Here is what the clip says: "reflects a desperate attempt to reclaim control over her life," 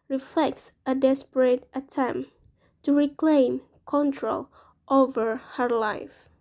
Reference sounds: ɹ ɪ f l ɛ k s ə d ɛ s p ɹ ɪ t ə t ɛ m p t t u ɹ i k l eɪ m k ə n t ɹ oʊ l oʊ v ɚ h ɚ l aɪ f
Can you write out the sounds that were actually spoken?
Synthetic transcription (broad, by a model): ɹ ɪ f l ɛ k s ə d ɛ s p ɹ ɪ t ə t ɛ m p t t u ɹ i k l eɪ m k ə n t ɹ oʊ l oʊ v ɚ h ɚ l aɪ f